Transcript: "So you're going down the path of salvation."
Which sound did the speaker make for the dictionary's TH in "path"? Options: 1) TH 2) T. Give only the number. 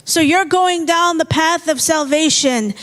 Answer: 1